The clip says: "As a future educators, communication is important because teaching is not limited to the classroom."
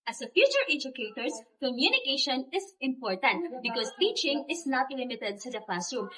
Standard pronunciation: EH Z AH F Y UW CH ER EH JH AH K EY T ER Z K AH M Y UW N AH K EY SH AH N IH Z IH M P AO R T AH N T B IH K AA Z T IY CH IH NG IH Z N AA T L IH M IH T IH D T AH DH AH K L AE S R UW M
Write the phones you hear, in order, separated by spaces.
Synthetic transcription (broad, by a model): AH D AH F Y UW CH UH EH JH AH K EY T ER S K AH M Y UW N AH K EY SH AH N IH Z IH M P AO R T AH N T B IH K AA S T IY CH IH NG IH S N AA T L IH M IH T IH D S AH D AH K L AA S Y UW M